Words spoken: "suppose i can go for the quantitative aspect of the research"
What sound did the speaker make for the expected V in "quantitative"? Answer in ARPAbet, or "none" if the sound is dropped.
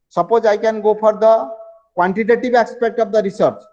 B